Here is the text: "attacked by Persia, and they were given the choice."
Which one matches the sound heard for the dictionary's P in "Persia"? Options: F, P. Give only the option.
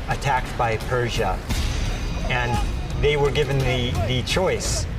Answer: P